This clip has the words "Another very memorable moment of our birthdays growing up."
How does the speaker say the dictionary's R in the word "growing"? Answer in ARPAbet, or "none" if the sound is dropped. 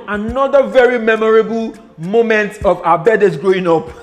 R